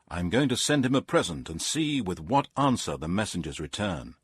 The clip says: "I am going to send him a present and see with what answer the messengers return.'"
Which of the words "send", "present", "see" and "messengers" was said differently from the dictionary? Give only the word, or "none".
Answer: none